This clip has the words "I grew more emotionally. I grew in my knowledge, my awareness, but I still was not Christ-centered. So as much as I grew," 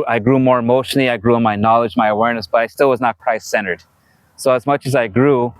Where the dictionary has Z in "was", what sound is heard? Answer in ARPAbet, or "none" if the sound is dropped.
Z